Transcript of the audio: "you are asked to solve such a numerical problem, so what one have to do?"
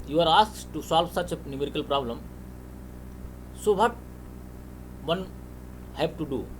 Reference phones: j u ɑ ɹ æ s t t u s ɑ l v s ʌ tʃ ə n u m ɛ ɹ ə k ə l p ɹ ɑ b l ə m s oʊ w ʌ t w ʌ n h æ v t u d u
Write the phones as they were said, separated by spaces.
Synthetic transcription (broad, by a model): j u ɑ ɹ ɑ s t t u s ɑ l v s ʌ tʃ ə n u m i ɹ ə k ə l p ɹ ɑ b l ə m s oʊ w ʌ t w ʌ n h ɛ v t u d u